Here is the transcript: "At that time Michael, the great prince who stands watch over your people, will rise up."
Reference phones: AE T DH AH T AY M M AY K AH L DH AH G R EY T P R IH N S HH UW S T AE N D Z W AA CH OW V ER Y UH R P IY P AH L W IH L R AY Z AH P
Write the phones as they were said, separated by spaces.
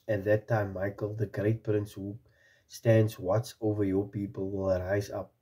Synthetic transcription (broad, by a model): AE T DH AH T AY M M AY K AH L DH AH G R EY T P R IH N S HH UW S T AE N D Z W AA S OW V ER Y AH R P IY P AH L W IH L R AY Z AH P